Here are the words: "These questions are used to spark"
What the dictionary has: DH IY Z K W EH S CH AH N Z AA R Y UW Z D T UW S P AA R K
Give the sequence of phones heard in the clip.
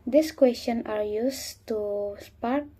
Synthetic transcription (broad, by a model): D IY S K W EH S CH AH N AA R Y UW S T UW S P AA R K